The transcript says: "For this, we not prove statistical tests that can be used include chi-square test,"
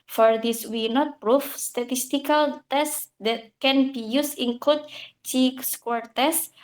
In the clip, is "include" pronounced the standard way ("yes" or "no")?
no